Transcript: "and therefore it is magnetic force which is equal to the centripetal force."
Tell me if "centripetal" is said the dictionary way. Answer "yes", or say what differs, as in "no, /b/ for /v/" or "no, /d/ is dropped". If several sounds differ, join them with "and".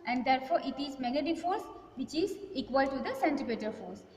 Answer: no, /ɹ/ is dropped